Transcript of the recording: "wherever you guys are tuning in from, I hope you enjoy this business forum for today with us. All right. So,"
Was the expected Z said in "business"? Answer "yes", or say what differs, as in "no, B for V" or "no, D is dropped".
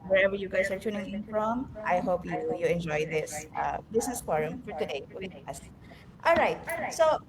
no, S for Z